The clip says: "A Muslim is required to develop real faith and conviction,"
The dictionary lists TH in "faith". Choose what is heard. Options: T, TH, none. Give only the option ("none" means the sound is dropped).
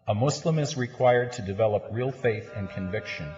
TH